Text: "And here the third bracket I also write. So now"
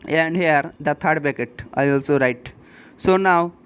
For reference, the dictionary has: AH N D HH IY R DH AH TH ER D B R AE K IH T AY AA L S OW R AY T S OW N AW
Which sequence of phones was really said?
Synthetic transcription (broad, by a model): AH N D HH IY R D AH T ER D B EH K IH T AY AA L S OW R AY T S OW N AW